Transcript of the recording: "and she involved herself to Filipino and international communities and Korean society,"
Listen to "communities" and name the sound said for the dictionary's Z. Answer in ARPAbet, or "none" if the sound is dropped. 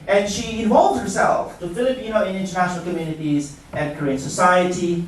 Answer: Z